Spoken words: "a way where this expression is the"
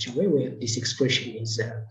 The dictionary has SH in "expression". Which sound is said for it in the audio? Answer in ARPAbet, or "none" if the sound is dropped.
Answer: SH